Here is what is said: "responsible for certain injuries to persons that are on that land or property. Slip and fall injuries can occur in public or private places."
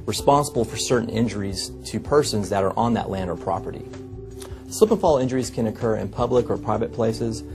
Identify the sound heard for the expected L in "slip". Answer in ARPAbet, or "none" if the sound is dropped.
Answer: none